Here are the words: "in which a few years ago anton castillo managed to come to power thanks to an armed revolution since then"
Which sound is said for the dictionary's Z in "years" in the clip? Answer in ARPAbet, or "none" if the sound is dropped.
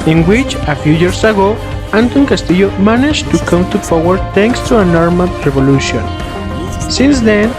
S